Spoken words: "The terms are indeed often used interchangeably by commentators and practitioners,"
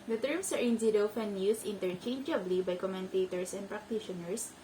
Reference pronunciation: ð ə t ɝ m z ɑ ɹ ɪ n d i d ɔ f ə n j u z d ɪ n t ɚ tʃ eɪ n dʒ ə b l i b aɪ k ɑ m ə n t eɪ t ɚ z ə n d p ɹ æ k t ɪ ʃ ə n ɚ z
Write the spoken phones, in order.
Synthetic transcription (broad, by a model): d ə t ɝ m s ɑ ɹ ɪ n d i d ɔ f ə n j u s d ɪ n t ɚ tʃ eɪ n dʒ ə b l i b aɪ k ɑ m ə n t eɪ t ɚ s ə n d p ɹ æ k t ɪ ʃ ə n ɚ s